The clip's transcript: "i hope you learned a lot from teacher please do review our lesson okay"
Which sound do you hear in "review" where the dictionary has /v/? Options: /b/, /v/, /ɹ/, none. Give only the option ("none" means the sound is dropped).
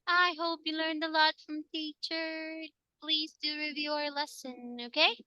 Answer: /v/